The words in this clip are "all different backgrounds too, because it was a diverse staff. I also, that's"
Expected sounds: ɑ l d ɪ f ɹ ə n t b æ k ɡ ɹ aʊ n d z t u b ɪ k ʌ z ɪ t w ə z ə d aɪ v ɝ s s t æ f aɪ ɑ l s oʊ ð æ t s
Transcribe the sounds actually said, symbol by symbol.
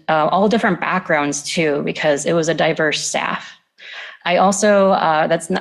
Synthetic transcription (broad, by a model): ɑ l d ɪ f ɹ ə n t b æ k ɡ ɹ aʊ n d z t u b ɪ k ʌ z ɪ t w ə z ə d aɪ v ɝ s s t æ f aɪ ɑ l s oʊ ð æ t s